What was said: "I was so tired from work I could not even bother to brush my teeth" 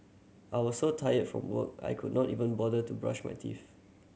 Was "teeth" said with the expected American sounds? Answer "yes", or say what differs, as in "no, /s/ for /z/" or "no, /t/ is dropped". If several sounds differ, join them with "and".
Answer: no, /f/ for /θ/